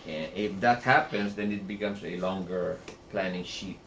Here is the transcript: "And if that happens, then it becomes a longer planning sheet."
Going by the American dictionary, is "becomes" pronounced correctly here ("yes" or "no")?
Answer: no